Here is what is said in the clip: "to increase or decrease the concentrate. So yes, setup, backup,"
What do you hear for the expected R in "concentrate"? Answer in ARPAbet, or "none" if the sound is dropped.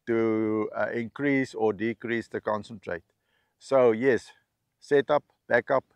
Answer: R